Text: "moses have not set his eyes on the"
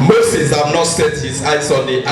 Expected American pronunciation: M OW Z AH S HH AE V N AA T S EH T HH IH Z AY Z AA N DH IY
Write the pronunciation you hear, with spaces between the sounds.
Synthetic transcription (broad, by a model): M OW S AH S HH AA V N AA T S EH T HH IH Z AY S AA N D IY